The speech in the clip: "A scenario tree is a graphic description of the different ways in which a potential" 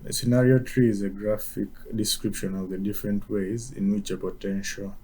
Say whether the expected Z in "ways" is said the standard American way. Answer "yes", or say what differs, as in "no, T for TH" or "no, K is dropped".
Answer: yes